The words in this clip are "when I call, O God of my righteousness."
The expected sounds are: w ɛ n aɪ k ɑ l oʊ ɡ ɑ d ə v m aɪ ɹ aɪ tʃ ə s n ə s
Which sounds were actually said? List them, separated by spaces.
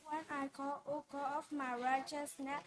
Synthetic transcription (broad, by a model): w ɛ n aɪ k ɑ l oʊ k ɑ ə f m aɪ ɹ aɪ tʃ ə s n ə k